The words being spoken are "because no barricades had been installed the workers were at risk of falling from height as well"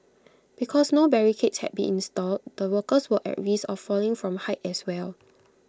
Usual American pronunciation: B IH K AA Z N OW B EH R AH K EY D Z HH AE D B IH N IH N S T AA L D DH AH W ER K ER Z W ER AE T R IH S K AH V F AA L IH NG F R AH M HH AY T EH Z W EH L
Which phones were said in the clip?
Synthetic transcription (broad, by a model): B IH K AA S N OW B EH R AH K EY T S HH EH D B IH N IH N S T AA L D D AH W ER K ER S W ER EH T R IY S AH F AA L IH NG F R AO M HH AY T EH S W EH L